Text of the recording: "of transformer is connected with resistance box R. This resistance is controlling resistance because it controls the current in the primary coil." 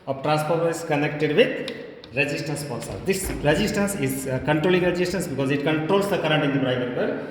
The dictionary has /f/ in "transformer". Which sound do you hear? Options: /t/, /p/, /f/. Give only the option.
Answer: /p/